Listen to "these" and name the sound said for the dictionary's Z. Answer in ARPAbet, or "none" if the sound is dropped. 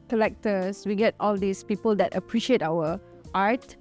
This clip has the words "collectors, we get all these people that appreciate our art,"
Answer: S